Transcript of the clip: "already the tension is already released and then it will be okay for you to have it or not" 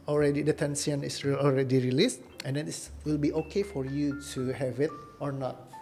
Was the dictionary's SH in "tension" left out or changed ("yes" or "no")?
yes